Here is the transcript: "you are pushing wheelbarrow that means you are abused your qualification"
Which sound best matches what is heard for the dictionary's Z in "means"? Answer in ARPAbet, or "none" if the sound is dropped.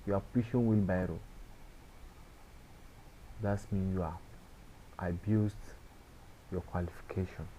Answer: none